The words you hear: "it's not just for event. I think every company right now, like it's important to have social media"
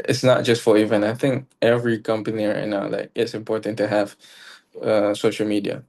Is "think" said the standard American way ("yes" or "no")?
yes